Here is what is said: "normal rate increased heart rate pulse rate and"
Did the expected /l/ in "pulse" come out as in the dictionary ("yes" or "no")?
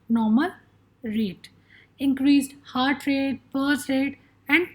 no